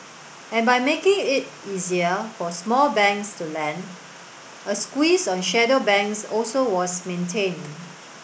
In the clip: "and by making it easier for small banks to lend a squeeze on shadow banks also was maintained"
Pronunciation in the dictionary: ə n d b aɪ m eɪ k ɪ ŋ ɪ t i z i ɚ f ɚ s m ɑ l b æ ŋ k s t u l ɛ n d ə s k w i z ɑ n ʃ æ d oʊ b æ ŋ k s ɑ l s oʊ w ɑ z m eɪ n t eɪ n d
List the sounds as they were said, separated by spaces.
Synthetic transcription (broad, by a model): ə n b aɪ m eɪ k ɪ ŋ ɪ t i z i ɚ f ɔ s m ɑ l b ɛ ŋ k s t u l ɛ n d ə s k w i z ɑ n ʃ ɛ d oʊ b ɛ ŋ k s ɑ l s oʊ w ɑ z m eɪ n t eɪ n